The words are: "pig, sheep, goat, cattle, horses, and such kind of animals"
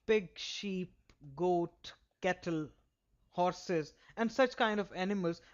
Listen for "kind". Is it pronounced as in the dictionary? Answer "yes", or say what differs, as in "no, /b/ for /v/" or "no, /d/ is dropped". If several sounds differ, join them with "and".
yes